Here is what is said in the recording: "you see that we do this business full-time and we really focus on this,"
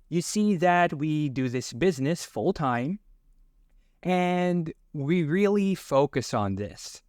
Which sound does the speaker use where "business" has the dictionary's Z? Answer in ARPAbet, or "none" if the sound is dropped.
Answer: Z